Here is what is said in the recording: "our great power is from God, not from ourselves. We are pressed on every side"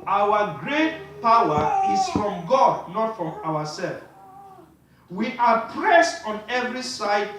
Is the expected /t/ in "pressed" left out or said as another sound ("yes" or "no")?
no